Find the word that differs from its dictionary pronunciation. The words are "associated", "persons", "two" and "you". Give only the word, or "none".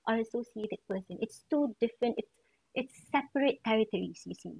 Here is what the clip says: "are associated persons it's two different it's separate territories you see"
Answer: persons